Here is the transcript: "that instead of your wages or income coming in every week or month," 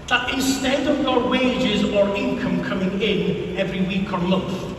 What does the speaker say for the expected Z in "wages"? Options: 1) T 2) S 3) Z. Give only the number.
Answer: 3